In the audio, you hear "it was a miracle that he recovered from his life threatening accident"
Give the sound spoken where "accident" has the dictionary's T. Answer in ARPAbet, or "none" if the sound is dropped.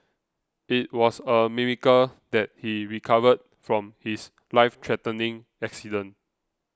none